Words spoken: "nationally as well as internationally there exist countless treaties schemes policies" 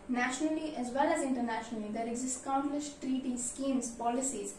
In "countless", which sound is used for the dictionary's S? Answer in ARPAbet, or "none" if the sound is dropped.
SH